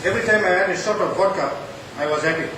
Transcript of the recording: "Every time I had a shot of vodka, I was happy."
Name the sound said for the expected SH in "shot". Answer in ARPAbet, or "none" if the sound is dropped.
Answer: S